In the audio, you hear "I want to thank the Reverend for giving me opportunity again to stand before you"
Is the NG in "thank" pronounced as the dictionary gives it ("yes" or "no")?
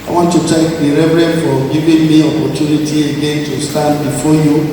no